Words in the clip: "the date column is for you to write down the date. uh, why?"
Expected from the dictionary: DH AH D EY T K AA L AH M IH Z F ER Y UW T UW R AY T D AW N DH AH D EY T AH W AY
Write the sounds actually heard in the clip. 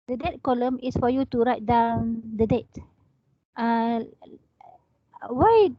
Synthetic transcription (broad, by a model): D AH D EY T K AA L AH M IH S F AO Y UW T UW R AY T D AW N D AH D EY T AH W AY